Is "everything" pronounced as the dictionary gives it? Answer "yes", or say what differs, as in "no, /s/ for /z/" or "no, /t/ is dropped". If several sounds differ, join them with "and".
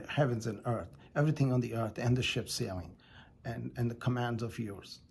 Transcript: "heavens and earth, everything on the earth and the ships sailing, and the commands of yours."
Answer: yes